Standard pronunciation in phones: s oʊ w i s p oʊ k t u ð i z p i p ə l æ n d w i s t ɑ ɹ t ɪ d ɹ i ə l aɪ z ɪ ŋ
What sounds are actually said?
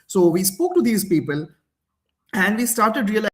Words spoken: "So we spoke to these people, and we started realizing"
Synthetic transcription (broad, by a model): s oʊ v i s p oʊ k t u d i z p i p ə l æ n d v i s t ɑ ɹ t ɪ d ɹ i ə l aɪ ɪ